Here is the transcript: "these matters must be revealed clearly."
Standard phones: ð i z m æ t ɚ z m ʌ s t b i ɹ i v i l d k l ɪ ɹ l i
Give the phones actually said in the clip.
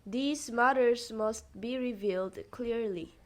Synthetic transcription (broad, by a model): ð i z m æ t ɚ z m ʌ s t b i ɹ i v i l d k l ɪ ɹ l i